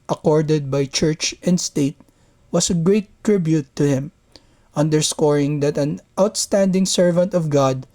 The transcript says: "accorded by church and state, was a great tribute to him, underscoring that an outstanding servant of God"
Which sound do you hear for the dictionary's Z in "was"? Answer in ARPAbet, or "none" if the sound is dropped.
S